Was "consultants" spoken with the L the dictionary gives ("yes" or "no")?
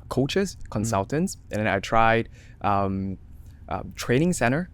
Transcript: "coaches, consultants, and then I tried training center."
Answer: yes